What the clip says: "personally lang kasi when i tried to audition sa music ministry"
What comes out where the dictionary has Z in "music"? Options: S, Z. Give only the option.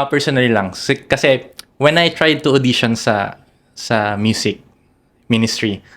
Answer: S